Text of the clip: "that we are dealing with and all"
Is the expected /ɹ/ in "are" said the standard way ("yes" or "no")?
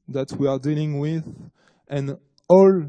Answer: yes